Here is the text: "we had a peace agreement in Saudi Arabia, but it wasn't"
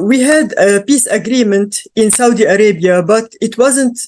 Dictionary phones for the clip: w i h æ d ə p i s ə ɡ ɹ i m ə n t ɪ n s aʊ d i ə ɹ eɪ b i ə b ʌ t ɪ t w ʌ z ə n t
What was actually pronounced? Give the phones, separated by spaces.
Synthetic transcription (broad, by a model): w i h æ d ə p i s ə ɡ ɹ i m ə n t ɪ n s aʊ d i ə ɹ eɪ b i ə b ʌ t ɪ t w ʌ z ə n t